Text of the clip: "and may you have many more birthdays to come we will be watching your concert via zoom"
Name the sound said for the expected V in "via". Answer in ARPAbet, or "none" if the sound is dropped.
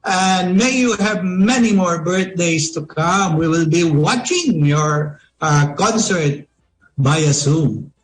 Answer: B